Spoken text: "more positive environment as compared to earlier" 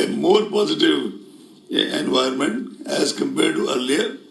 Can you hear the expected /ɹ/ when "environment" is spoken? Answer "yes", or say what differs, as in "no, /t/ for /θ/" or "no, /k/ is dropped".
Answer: no, /ɹ/ is dropped